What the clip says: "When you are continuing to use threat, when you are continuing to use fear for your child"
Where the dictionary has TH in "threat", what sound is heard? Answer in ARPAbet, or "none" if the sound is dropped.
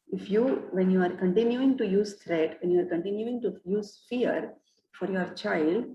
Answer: T